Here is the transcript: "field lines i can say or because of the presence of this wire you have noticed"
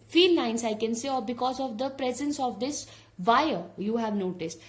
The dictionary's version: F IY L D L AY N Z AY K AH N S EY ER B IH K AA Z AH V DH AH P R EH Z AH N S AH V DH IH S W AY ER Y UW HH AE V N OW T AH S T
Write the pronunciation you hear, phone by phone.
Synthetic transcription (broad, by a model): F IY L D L AY N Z AY K AH N S EY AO B IH K AA Z AH V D AH P R EH Z AH N S AH V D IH S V AY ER Y UW HH AE V N OW T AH S T